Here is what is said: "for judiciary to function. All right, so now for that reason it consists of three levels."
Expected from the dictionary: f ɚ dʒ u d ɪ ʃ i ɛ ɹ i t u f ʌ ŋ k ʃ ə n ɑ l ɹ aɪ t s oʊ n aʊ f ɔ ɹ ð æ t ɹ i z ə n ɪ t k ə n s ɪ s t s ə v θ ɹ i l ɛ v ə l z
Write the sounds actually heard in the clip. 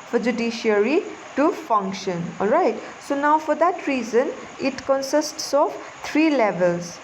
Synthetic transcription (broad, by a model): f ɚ dʒ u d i ʃ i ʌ ɹ i t u f ʌ ŋ k ʃ ə n ɑ l ɹ aɪ t s oʊ n aʊ f ɔ ɹ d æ t ɹ i z ə n ɪ t k ə n s ɪ s t s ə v t ɹ i l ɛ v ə l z